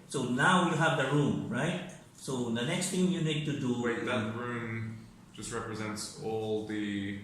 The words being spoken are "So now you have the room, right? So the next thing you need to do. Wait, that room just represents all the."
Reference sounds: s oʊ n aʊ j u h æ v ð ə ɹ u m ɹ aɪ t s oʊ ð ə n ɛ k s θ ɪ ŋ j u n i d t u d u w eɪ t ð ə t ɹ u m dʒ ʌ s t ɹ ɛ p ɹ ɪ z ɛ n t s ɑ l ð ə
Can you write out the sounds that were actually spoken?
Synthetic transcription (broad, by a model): s oʊ n aʊ j u h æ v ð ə ɹ u m ɹ aɪ t s oʊ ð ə n ɛ k s t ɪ ŋ j u n i d t u d u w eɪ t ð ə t ɹ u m dʒ ʌ s t ɹ ɛ p ɹ ɪ z ɛ n t s ɑ l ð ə